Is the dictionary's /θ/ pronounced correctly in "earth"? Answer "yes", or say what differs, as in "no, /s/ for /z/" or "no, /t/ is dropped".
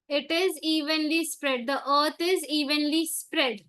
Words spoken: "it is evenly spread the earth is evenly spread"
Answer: no, /t/ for /θ/